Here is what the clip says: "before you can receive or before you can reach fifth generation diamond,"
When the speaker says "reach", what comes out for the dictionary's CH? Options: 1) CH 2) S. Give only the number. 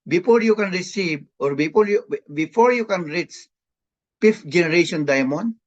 2